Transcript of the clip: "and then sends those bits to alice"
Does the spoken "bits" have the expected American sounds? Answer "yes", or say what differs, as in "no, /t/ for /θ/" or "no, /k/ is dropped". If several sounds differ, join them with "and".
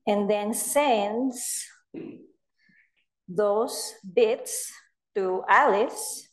yes